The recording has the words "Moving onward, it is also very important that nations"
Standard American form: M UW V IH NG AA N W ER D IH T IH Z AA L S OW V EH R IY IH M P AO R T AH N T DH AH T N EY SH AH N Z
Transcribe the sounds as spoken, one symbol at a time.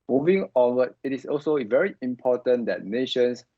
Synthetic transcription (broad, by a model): M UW V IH NG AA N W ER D IH T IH S AA L S OW V EH R IY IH M P AO T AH N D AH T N EY SH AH N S